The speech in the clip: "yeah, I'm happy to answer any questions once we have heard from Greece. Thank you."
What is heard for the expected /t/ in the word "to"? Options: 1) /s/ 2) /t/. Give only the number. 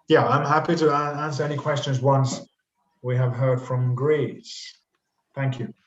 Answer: 2